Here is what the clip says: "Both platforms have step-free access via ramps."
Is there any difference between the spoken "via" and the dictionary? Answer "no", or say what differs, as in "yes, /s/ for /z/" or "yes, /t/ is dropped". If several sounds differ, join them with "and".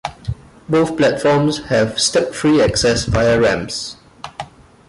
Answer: yes, /f/ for /v/